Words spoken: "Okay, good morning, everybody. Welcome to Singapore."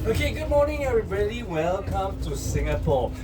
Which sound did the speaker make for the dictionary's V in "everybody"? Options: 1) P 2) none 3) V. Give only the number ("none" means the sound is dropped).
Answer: 2